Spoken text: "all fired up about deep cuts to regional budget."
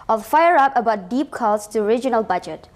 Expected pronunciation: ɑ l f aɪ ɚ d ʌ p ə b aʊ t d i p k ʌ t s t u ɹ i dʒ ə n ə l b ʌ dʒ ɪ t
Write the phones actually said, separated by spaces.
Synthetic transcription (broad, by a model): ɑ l f aɪ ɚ ʌ p ə b aʊ t d i p k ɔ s t u ɹ i dʒ ə n ə l b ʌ dʒ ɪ t